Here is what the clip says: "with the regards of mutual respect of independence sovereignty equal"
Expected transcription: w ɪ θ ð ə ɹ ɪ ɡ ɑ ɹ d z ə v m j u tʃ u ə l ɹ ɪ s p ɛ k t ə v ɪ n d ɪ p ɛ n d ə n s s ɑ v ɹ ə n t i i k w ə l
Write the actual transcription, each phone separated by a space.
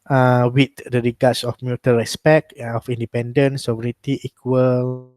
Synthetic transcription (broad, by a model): w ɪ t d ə ɹ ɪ ɡ ɑ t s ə f m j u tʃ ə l ɹ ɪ s p ɛ k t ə f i n d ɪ p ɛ n d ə n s s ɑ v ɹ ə t i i k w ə l